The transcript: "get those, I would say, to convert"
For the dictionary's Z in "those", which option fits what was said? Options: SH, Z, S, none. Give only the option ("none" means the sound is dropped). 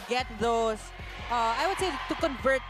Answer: S